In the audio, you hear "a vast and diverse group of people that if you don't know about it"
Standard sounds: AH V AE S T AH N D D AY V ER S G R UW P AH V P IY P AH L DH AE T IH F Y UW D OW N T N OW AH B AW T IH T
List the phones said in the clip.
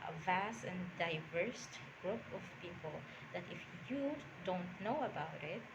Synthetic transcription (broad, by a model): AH V AE S T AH N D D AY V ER S G R UW P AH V P IY P AH L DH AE T IH F Y UW D OW N T N OW AH B AW T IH T